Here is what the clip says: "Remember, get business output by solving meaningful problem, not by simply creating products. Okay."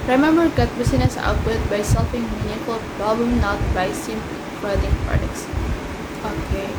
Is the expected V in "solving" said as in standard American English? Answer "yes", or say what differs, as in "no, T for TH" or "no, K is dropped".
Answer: no, F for V